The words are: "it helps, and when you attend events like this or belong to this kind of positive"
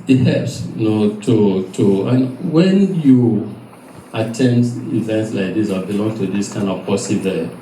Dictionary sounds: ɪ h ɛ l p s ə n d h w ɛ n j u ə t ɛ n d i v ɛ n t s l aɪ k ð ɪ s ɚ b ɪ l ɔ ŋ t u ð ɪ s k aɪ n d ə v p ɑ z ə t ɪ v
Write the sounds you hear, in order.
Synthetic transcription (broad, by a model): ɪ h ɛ p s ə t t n w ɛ n j u ə t ɛ n d i v ɛ n t s l aɪ k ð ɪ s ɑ b ɪ l ɔ ŋ t u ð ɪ s k aɪ n d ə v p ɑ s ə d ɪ